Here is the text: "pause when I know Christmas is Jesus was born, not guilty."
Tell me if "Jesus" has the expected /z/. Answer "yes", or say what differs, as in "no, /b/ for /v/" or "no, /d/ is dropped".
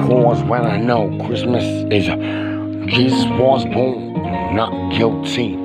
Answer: yes